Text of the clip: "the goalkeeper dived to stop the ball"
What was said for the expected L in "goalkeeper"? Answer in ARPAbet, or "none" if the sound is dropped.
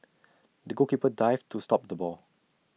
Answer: none